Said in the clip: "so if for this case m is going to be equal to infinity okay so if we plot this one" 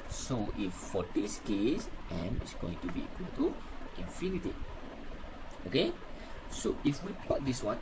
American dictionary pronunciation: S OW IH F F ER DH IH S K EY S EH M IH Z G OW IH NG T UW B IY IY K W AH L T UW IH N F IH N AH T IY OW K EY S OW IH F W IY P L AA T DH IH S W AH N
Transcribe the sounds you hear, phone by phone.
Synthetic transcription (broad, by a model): S OW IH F F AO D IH S K EY S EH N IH S G OW IH NG T UW B IY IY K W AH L T UW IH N F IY N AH T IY OW K EY S OW IH F W IY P AA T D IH S W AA N